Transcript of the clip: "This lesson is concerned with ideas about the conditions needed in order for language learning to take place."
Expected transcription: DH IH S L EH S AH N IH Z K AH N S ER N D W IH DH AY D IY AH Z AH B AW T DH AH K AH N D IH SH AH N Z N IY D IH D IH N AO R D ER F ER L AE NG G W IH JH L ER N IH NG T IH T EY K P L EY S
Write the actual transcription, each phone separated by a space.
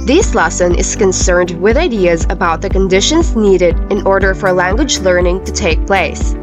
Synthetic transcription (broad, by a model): DH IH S L EH S AH N IH Z K AH N S ER N D W IH DH AY D IY AH Z AH B AW T DH AH K AH N D IH SH AH N Z N IY D IH D IH N AO R D ER F ER L AE NG G W IH JH L ER N IH NG T IH T EY K P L EY S